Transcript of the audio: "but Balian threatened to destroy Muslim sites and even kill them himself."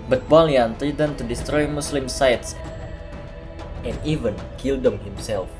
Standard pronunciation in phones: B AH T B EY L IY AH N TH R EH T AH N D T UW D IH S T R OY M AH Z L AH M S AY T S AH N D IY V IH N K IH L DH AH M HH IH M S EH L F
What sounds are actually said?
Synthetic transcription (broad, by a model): B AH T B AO L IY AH N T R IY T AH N T UW D IH S T R OY M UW S L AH M S AY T S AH N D IY V IH N K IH L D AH M HH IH M S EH L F